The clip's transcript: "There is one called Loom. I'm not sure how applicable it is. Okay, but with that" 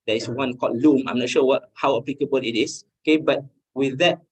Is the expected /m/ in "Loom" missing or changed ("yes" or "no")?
no